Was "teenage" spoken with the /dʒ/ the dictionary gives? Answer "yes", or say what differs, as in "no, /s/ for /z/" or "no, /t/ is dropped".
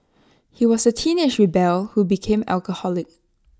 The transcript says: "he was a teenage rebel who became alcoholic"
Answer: no, /ʃ/ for /dʒ/